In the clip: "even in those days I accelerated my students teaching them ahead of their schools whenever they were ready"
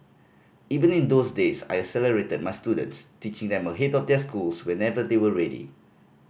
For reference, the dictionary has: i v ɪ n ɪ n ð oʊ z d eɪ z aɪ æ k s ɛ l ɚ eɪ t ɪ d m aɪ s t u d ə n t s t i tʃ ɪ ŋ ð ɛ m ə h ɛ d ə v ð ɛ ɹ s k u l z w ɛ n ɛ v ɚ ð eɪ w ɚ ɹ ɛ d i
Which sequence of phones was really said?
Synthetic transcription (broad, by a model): i v ɪ n ɪ n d oʊ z d eɪ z aɪ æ s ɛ l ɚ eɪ t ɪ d m aɪ s t u d ə n t s t i tʃ ɪ ŋ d ɛ m ə h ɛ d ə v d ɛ s k u l s w ɛ n ɛ v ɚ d eɪ w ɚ ɹ ɛ d i